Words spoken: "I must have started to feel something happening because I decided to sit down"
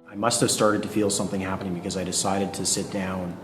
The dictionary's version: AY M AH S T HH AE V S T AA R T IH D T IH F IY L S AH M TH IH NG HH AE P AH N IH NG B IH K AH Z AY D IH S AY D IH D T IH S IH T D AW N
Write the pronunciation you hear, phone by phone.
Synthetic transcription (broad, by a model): AY M AH S T HH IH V S T AA R T IH D T IH F IY L S AH M TH IH NG HH AE P AH N IH NG B IH K AH Z AY D IH S AY D IH D T IH S IH T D AW N